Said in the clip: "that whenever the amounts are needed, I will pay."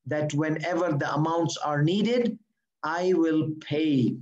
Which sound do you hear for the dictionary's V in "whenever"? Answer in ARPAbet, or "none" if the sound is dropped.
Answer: V